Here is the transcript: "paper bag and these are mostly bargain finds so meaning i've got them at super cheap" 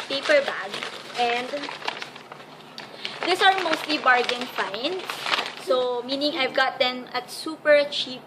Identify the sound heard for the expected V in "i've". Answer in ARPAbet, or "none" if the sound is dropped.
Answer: V